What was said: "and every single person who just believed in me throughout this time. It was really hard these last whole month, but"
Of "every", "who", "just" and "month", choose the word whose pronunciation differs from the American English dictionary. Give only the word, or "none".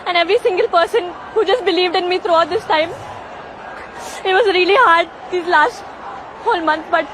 month